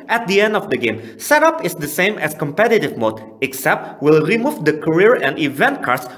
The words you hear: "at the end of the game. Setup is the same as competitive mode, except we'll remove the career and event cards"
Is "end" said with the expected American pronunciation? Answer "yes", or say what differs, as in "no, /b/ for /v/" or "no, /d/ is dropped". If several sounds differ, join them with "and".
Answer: yes